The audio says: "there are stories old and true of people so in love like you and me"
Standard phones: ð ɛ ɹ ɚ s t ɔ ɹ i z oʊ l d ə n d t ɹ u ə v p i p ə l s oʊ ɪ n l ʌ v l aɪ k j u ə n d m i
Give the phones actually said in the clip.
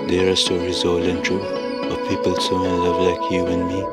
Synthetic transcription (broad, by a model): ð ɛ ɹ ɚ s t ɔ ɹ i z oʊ l ə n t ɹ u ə p i p ə l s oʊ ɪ l ʌ v l aɪ k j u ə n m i